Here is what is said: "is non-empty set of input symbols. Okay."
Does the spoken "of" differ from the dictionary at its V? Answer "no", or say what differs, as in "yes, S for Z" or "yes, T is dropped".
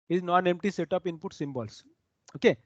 yes, P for V